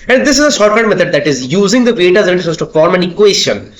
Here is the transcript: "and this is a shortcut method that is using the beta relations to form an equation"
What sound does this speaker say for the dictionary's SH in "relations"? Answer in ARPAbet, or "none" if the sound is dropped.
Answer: S